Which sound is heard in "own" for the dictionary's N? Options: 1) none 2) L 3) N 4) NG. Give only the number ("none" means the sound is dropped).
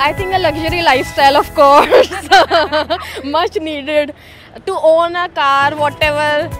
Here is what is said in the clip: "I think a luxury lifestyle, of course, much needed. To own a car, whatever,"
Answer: 3